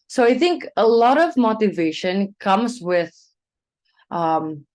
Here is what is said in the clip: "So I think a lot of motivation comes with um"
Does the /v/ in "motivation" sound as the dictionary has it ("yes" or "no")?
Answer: yes